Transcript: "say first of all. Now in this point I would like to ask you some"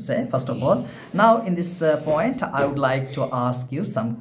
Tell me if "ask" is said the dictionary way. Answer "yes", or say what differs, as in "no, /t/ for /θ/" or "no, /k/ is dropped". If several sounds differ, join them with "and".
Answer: yes